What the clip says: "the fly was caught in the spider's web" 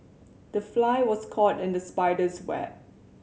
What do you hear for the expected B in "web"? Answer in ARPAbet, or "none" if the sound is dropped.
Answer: none